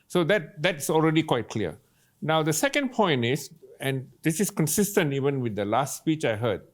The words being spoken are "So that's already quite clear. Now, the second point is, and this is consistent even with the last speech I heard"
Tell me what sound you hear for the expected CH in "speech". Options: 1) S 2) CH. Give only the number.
2